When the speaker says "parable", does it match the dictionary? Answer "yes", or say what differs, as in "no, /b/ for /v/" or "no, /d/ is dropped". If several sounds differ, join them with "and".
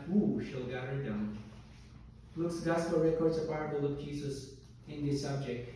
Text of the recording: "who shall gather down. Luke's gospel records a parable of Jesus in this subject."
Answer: no, /b/ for /p/